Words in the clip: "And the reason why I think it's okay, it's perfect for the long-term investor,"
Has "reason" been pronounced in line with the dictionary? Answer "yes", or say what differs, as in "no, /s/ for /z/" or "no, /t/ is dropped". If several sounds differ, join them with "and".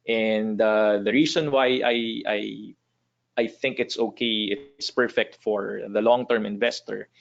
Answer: no, /s/ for /z/